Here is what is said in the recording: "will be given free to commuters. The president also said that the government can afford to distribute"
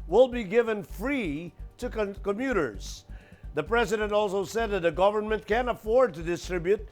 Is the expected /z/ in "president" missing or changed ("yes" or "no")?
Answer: no